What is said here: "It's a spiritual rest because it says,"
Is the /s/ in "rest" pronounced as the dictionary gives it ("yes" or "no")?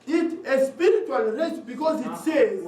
no